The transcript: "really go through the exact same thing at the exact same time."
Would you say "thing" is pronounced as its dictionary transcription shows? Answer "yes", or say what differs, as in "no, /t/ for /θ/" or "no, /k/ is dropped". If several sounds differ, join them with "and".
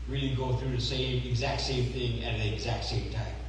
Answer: yes